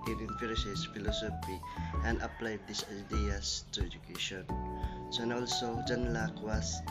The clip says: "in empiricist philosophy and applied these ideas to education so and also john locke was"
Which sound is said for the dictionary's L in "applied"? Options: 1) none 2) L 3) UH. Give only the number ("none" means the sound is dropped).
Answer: 2